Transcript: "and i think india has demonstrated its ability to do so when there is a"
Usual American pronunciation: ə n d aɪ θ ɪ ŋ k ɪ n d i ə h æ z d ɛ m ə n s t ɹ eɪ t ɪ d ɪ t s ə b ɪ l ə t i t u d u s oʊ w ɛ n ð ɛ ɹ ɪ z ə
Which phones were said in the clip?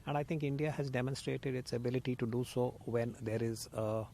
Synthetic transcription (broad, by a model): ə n d aɪ t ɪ ŋ k ɪ n d i ə h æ z d ɛ m ə n s t ɹ eɪ t ɪ d ɪ t s ə b ɪ l ə t i t u d u s oʊ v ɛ n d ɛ ɹ ɪ z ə